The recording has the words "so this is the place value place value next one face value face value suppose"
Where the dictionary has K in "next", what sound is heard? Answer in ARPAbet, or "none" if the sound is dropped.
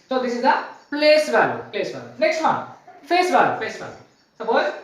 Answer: K